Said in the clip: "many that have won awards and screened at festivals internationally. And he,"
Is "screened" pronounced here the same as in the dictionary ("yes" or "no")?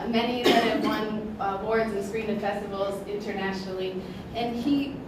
no